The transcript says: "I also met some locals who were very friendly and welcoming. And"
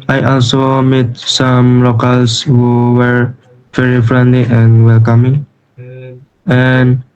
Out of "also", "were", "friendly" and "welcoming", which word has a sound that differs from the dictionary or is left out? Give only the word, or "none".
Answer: none